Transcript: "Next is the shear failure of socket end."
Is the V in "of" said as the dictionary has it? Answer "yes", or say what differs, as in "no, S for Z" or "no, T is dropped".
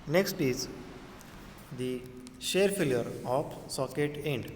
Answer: no, P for V